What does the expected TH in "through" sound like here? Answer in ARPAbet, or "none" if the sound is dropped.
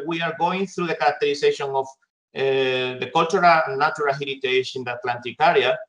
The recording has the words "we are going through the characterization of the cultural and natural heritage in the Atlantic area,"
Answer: TH